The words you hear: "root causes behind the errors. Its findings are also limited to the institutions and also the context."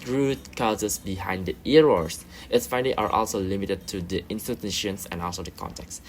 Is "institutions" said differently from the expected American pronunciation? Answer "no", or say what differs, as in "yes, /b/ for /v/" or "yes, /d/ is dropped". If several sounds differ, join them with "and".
yes, /s/ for /z/